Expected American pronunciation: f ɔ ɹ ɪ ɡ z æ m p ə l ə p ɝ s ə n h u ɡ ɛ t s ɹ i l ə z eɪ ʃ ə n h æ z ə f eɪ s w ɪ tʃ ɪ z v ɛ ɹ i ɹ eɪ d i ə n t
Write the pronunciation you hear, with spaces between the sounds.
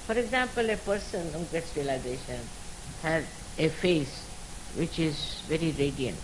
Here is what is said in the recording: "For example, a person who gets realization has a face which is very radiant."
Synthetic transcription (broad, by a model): f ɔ ɹ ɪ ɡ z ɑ m p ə l ə p ɝ s ə n h u ɡ ɛ t s ɹ i l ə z eɪ ʃ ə n h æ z ə f eɪ s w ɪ tʃ ɪ z v ɛ ɹ i ɹ eɪ d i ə n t